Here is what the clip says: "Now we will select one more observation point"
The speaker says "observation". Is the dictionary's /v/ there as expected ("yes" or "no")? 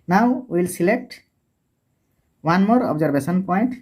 no